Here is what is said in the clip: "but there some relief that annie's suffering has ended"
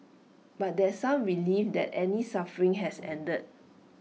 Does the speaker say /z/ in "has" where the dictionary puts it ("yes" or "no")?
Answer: no